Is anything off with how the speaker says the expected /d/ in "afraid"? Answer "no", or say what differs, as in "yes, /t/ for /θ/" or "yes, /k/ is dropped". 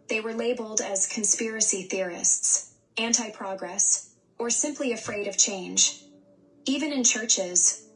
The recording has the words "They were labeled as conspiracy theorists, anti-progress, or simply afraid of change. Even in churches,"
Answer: no